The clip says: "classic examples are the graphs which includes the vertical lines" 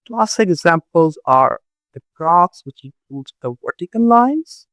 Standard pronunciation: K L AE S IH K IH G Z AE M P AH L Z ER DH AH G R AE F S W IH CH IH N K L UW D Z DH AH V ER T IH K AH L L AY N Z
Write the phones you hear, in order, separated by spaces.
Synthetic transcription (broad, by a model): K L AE S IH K IH G Z AE M P AH L Z ER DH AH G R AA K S W IH CH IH K UW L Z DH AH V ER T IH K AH N L AY N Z